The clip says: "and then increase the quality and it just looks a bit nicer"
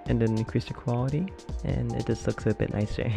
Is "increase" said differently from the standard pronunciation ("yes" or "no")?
yes